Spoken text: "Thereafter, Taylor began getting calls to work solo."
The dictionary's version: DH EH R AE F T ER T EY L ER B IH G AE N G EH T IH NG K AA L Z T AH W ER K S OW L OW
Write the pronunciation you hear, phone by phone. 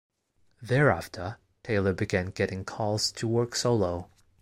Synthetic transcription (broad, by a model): DH EH R AE F T ER T EY L ER B IH G AE N G EH T IH NG K AA L Z T AH W ER K S OW L OW